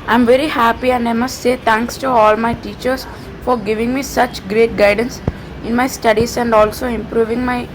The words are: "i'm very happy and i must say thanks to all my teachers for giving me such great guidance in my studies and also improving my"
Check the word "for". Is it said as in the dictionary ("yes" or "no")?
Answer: yes